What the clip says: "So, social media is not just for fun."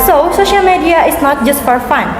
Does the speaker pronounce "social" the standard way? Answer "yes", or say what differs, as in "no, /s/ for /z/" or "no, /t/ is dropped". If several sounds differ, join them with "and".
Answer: yes